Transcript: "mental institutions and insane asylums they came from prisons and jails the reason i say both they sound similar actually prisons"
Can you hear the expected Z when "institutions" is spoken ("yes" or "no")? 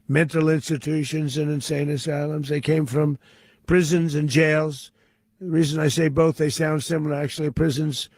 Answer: yes